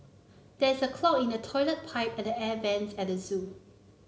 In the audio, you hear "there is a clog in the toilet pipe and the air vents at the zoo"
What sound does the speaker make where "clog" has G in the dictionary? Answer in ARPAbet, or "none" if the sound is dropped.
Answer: none